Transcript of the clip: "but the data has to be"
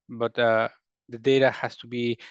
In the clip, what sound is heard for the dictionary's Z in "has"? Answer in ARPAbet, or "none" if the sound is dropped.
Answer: S